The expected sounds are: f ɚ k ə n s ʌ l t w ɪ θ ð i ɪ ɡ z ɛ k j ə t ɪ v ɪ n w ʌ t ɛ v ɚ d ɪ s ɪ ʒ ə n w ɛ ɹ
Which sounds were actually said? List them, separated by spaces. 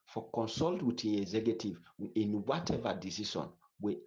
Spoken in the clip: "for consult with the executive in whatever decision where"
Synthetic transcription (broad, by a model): f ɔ k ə n s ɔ l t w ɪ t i ɪ ɡ z ɛ k j ə t ɪ v ɪ n w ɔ t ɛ v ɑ d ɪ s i ʃ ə n w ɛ